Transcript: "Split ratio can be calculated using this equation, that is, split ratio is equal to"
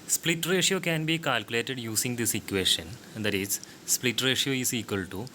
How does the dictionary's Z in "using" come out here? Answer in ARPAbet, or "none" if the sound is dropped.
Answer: S